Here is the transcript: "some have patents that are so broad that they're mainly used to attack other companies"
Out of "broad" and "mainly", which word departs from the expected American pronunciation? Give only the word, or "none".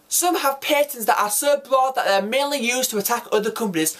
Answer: none